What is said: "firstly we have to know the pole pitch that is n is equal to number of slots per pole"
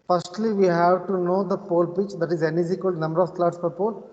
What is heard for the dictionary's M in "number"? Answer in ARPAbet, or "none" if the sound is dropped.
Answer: M